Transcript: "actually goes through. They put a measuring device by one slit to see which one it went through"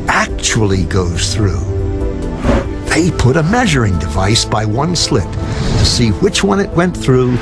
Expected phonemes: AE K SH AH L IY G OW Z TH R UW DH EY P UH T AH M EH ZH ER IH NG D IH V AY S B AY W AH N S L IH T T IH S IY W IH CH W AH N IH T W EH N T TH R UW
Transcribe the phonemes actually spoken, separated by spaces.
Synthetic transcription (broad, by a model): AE K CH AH L IY G OW Z TH R UW DH EY P UH T AH M EH ZH ER IH NG D IH V AY S B AY W AH N S L IH T T IH S IY W IH CH W AH N IH T W EH N TH R UW